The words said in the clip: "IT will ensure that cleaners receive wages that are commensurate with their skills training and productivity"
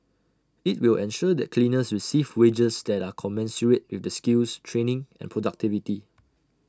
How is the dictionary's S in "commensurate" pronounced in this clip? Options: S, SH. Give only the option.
S